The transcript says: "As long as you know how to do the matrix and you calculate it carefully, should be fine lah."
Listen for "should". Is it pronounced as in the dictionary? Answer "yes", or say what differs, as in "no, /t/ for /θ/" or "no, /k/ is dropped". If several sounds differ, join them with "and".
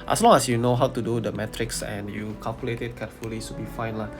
no, /s/ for /ʃ/